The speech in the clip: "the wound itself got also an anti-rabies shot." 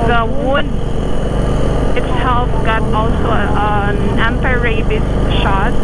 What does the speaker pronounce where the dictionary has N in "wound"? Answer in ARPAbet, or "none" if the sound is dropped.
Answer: none